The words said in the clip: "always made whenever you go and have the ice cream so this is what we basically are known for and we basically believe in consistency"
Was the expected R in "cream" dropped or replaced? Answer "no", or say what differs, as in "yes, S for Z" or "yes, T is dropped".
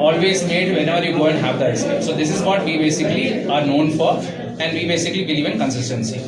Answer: yes, R is dropped